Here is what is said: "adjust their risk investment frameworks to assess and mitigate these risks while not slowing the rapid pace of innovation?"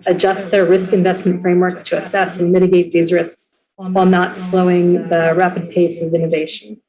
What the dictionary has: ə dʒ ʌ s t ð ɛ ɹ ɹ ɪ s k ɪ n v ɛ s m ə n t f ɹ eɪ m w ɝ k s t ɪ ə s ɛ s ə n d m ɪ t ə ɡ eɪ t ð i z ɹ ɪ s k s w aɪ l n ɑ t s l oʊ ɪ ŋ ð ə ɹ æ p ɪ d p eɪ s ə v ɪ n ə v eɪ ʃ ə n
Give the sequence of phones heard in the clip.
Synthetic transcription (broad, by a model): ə dʒ ʌ s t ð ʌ ɹ ɹ ɪ s k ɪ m v ɛ s m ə n t f ɹ eɪ m w ɝ k s t ɪ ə s ɛ s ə n m ɪ t ə ɡ eɪ t ð i z ɹ ɪ s k s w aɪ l n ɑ t s l oʊ ɪ ŋ ð ə ɹ æ p ɪ d p eɪ s ə v ɪ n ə v eɪ ʃ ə n